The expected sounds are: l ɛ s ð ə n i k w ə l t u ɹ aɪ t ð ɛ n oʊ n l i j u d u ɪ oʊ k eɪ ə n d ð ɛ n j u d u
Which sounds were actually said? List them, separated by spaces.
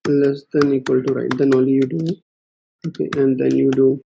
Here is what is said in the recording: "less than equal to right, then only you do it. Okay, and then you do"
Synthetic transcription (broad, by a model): l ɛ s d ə n i k w ə l t u ɹ aɪ t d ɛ n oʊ l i j u d u oʊ k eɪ ə n d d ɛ n j u d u